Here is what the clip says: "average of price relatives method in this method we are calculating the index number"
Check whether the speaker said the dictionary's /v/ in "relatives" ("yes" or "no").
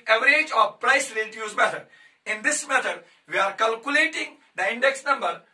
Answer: no